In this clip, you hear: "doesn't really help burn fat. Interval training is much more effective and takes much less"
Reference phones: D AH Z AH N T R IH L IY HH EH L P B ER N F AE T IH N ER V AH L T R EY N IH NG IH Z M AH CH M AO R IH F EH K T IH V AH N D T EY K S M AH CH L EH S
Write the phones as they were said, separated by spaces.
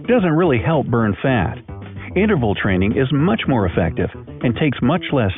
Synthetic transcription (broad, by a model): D AH Z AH N T R IH L IY HH EH L P B ER N F AE T IH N ER V L T R EY N IH NG IH Z M AH CH M AO R IH F EH K T IH V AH N T EY K S M AH CH L EH S